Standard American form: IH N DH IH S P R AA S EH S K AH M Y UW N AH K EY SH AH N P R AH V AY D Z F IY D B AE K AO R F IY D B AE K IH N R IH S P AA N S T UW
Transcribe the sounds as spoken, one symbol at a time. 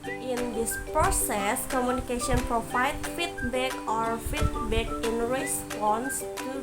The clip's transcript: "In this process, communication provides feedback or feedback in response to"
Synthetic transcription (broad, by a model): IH N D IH S P R AA S EH S K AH M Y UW N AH K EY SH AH N P R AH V AY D F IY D B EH K AO R F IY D B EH K IH N R IH S P AA N S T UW